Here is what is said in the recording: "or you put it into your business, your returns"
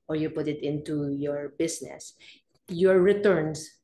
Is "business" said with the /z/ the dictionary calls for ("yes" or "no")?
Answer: no